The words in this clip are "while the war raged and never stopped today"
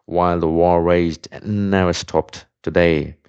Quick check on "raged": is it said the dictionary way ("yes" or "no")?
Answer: no